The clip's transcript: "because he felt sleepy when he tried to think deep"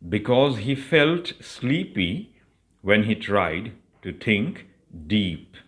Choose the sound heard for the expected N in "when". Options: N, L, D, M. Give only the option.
N